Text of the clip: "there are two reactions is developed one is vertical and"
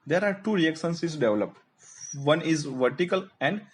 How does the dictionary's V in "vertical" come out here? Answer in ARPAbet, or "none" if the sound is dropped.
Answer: V